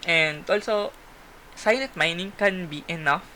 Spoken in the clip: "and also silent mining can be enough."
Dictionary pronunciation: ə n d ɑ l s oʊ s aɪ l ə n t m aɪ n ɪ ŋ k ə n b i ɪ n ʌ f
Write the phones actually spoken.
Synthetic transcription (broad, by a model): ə n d ɑ l s oʊ s aɪ n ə t m aɪ n ɪ ŋ k ə n b i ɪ n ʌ f